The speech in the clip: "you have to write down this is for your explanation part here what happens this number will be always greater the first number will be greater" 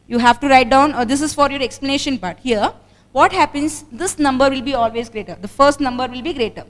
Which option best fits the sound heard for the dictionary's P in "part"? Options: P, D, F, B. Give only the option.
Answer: B